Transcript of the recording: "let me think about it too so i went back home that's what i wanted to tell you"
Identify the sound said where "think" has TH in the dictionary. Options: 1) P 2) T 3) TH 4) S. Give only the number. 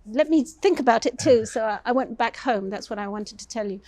3